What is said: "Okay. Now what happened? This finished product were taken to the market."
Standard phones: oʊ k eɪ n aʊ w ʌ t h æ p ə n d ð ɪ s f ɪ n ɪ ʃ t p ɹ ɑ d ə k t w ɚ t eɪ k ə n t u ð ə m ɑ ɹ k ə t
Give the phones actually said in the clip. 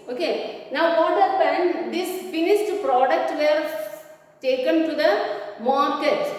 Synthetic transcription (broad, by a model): oʊ k eɪ n aʊ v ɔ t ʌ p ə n d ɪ s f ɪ n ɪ s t p ɹ ɑ d ə k t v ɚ t eɪ k ə n t u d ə m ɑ ɹ k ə t